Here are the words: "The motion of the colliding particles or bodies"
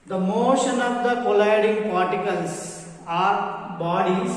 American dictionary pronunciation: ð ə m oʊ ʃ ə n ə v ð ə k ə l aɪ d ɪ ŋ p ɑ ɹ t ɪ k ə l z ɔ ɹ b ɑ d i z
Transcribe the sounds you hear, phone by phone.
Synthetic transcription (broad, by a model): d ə m oʊ ʃ ə n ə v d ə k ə l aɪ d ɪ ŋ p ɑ ɹ t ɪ k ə l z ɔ ɹ b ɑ d i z